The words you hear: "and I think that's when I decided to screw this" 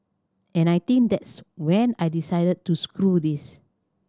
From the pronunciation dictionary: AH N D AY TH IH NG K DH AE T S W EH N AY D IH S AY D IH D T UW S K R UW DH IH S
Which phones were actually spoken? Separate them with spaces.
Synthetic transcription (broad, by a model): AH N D AY T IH NG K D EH T S W EH N AY D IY S AY D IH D T UW S K R UW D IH S